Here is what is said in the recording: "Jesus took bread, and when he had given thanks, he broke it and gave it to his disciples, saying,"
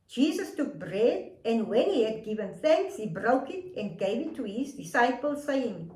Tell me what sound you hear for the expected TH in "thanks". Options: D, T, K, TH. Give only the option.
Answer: TH